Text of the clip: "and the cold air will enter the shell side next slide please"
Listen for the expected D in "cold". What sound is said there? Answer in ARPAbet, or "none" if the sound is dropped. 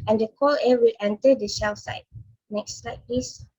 none